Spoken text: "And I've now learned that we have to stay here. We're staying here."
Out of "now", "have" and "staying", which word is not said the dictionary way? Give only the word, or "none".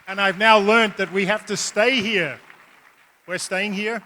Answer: have